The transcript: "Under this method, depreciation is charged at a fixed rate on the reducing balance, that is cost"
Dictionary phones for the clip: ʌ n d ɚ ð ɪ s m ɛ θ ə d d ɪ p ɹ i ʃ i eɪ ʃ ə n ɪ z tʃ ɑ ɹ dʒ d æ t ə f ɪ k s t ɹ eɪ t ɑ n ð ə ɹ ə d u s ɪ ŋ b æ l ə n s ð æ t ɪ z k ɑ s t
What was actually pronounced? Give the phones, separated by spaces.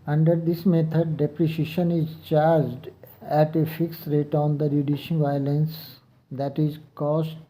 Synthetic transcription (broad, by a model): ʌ n d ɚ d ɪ s m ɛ t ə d d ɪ p ɹ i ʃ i ʃ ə n ɪ z tʃ ɑ ɹ dʒ d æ t ə f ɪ k s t ɹ eɪ t ɑ n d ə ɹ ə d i ʃ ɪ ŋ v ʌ l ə n s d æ t ɪ z k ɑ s t